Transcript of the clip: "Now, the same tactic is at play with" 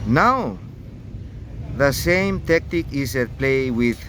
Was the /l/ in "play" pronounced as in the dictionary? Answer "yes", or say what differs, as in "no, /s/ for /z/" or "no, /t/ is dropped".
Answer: yes